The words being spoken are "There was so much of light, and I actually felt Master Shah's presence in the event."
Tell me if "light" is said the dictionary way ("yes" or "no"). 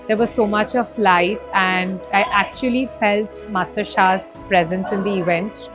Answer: yes